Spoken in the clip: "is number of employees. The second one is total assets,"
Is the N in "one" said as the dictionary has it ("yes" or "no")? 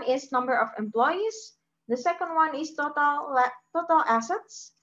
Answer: yes